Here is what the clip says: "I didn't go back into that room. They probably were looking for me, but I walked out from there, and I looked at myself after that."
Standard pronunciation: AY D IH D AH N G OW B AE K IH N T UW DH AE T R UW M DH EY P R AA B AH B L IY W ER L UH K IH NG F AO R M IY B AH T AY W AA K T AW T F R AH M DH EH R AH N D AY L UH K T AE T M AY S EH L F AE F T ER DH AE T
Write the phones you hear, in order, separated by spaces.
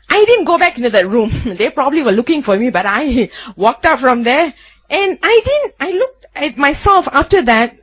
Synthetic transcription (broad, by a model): AY D IH D AH N G OW B AE K IH N T UW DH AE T R UW M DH EY P R AA B AH B L IY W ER L UH K IH NG F AO R M IY B AH T AY W AA K T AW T F R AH M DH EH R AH N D AY L UH K T AE T M AY S EH L F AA F T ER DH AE T